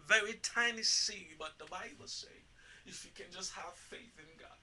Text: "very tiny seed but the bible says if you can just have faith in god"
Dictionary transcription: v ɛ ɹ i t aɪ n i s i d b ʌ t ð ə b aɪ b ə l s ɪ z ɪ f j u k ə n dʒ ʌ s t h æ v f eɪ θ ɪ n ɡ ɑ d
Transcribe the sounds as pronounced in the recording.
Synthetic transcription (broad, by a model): v ɛ ɹ i t aɪ n i s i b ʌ t ð ə b aɪ b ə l s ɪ ɪ f j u k ə n dʒ ʌ s t h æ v f eɪ θ ɪ n ɡ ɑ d